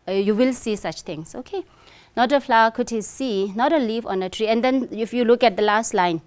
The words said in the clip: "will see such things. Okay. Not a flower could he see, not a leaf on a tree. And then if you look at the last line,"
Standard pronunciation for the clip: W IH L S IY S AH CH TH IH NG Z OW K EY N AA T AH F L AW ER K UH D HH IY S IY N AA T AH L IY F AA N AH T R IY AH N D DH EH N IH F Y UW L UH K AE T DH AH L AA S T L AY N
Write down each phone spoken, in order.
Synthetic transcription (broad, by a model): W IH L S IY S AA CH T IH NG S OW K EY N AA T AH F L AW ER K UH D HH IY S IY N AA T AH L IY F AA N AH T R IY AH N D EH N IH F Y UW L UH K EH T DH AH L AA S T L AY N